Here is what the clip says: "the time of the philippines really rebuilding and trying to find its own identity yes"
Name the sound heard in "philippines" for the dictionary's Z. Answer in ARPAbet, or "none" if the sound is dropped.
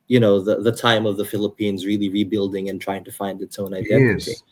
Z